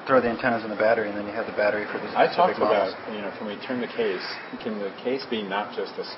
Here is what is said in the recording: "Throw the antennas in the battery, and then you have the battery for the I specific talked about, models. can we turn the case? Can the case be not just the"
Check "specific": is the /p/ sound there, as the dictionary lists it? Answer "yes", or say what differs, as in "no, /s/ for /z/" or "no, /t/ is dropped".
no, /p/ is dropped